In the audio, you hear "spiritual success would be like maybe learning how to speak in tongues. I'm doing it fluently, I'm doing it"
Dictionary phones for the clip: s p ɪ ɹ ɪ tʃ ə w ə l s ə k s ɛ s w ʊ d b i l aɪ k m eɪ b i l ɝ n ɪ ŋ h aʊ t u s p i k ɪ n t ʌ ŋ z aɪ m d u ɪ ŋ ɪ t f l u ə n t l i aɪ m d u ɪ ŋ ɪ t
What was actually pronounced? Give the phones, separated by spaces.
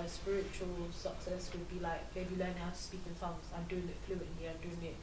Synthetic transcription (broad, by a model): s p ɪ ɹ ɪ tʃ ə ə l s ə k s ɛ s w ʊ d b i l aɪ k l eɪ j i l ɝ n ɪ h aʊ t u s p i k ɪ n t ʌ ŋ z aɪ m d u ɪ ŋ ɪ t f l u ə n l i aɪ m d u ɪ ŋ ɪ t